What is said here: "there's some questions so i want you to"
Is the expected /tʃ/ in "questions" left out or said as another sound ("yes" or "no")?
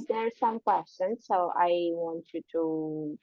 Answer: yes